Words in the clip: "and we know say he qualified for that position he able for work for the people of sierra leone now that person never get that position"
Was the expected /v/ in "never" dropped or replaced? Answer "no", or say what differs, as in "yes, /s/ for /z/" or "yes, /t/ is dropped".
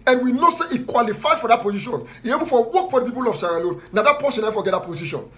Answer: yes, /f/ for /v/